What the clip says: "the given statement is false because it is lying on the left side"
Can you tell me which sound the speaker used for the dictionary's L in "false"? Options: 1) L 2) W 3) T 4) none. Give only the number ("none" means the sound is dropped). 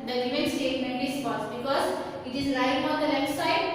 4